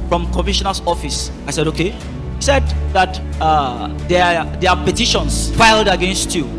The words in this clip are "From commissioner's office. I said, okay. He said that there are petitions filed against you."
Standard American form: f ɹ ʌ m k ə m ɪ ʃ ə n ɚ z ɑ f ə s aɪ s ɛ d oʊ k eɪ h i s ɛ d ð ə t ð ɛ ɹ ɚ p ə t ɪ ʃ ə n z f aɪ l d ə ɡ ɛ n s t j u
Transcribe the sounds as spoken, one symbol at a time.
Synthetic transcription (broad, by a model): f ɹ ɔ m k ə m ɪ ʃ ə n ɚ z ɑ f ə s aɪ s ɛ d oʊ k eɪ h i s ɛ d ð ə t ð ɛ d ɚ p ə t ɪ ʃ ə n s f aɪ l d ə ɡ ɛ n s t j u